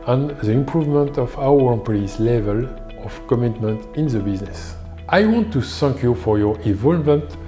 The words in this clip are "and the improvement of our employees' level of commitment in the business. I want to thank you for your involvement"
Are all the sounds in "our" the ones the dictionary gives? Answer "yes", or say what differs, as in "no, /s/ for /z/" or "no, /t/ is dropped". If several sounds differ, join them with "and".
no, /w/ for /ɹ/